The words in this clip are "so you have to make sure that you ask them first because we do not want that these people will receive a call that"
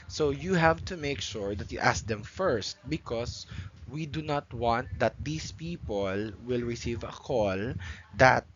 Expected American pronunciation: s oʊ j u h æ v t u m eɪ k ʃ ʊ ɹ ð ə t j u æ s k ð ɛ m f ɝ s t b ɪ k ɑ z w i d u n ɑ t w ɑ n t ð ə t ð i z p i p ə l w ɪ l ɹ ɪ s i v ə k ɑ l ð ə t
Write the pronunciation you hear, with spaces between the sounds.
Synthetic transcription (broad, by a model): s oʊ j u h æ v t u m eɪ k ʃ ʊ ɹ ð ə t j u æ s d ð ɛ m f ɝ s t b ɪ k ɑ s w i d u n ɑ t w ɑ n t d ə t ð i s p i p ə l w ɪ l ɹ ɪ s i v ə k ɑ l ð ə t